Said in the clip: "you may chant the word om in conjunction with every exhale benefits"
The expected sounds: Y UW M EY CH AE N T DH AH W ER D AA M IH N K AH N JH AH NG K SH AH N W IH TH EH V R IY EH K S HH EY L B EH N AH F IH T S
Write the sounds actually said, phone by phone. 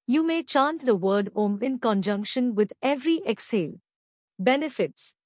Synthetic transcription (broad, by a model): Y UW M EY CH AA N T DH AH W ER D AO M IH N K AH N JH AH NG K SH AH N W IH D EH V R IY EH K S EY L B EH N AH F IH T S